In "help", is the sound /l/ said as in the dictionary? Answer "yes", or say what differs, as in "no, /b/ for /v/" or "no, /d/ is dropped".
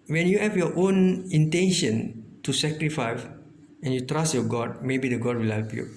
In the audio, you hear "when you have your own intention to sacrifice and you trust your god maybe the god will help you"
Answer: yes